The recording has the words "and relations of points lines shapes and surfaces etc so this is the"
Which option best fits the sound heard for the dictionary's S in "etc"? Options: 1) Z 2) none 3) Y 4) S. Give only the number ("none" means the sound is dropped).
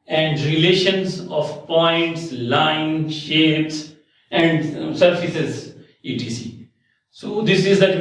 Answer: 2